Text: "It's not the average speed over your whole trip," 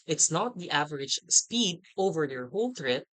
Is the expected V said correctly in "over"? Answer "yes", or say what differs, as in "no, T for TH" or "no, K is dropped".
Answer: yes